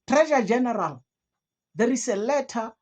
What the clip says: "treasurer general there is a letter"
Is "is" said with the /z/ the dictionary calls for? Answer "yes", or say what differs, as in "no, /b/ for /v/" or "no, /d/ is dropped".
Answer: no, /s/ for /z/